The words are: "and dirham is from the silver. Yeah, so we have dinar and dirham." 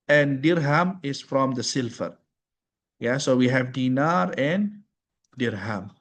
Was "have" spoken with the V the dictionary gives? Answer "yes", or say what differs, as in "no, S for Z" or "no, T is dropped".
yes